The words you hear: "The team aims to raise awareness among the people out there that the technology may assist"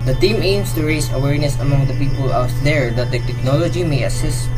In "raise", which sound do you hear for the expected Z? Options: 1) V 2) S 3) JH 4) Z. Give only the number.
2